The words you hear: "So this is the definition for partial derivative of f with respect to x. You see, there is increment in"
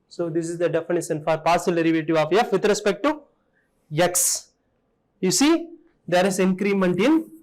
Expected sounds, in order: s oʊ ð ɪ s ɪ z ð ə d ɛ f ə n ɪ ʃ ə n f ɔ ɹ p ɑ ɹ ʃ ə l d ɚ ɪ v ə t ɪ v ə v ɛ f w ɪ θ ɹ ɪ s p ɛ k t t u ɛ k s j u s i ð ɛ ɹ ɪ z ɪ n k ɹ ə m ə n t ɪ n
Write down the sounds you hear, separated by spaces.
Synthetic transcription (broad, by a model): s oʊ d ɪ s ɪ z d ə d ɛ f ə n ɪ ʃ ə n f ɔ ɹ p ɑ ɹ s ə l d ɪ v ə t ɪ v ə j ɛ f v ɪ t ɹ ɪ s p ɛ k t t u ɛ k s j u s i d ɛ ɹ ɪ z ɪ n k ɹ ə m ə n t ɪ n